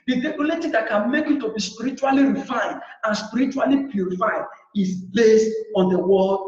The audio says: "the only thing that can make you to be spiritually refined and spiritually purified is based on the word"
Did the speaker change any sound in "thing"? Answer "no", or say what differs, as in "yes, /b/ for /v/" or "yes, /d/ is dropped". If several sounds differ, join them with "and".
yes, /t/ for /θ/